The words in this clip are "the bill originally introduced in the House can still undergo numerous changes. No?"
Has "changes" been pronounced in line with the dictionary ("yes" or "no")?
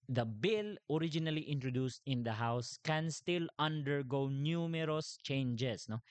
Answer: no